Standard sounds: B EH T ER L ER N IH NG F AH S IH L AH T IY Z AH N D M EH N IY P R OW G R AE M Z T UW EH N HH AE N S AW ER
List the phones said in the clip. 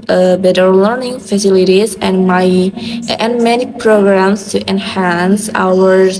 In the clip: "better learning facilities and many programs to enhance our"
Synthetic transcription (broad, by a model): B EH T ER L ER N IH NG F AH S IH L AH T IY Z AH N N M EH N IY P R OW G R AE M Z T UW EH N HH AE N S AW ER